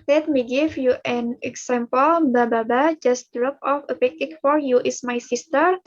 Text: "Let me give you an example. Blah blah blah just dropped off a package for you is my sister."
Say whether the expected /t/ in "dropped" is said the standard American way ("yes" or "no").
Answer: no